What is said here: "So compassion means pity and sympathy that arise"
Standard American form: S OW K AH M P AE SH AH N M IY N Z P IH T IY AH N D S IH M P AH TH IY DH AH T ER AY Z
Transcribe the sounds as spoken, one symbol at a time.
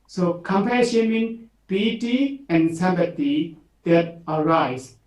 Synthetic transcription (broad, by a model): S OW K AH M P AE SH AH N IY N P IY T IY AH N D S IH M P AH T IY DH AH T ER AY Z